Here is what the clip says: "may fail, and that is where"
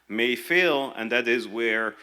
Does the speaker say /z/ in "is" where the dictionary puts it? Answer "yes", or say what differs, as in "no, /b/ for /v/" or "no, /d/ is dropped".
yes